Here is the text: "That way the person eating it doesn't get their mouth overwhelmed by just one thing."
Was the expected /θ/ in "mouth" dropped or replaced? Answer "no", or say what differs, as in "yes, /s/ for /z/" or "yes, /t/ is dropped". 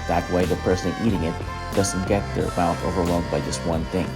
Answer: yes, /t/ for /θ/